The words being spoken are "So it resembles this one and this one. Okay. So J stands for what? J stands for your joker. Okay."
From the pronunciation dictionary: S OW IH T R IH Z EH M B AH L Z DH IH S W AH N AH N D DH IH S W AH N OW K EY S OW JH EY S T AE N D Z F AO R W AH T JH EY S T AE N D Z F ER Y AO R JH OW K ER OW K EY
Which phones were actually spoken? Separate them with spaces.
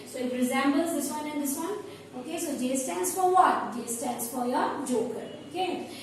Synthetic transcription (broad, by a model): S OW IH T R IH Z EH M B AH L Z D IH S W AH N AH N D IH S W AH N OW K EY S OW JH EY S T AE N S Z F AO R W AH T JH EY S T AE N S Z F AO Y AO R JH OW K ER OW K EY